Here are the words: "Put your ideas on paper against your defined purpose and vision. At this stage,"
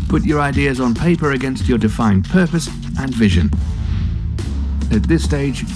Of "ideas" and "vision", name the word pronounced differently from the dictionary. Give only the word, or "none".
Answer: none